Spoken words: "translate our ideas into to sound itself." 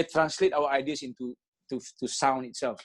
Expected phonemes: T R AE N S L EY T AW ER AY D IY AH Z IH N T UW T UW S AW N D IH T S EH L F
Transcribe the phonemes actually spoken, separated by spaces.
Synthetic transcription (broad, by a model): T R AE N S L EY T AW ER AY D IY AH S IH N T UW T UW S AW N IH T S EH L F